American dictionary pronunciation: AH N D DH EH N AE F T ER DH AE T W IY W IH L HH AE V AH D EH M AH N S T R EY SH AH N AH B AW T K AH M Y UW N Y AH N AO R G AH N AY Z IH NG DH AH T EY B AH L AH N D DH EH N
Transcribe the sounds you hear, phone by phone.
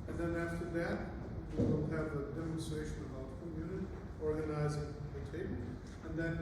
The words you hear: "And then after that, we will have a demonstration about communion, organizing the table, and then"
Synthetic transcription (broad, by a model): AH N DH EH N AE F T ER DH AE T W IY W IH L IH V AH D EH M AH N S T R EY SH AH N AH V K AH M Y UW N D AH AO R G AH N AY Z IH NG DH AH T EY AH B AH N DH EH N